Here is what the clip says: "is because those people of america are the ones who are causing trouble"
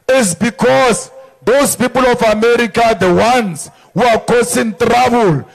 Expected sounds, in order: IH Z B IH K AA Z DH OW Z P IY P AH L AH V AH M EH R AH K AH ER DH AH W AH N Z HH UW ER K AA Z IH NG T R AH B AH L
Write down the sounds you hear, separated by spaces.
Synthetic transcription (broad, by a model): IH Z B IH K AA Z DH OW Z P IY P AH L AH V AH M EH R AH K AH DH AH W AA N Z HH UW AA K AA S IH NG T R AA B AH L